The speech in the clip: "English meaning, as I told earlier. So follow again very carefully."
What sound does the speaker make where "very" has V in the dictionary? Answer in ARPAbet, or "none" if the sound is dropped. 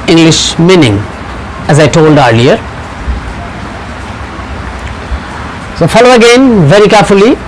V